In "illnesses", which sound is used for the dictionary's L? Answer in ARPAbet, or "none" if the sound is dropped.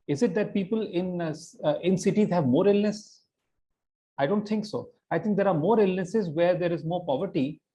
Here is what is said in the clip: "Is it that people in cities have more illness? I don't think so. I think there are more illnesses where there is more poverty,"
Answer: L